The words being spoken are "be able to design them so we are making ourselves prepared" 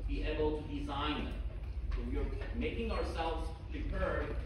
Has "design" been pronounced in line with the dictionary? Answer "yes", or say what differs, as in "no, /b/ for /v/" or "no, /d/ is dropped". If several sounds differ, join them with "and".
yes